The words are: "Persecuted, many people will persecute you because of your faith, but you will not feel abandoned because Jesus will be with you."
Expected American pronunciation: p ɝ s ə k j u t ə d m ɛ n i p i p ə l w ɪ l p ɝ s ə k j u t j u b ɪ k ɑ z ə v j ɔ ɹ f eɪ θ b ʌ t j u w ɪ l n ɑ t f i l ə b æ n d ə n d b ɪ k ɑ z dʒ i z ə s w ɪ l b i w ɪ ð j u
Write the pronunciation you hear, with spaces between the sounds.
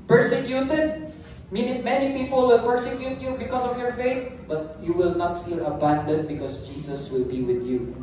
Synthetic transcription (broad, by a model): p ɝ s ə k j u t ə d m ɛ n i p i p ə l w ɪ l p ɝ s ə k j u t j u b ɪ k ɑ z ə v j ɔ ɹ f eɪ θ b ʌ t j u w ɪ l n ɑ t f i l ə b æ n d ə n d b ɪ k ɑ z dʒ i s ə s w ɪ l b i w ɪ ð j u